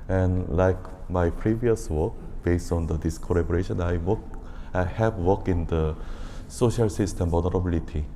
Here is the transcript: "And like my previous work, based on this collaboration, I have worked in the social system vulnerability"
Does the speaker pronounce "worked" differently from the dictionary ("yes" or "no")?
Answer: yes